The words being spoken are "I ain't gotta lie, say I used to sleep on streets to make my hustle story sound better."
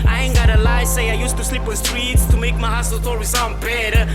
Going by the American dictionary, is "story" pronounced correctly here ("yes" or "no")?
no